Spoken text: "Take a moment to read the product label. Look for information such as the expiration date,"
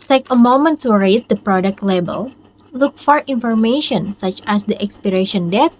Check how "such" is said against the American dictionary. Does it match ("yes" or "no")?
yes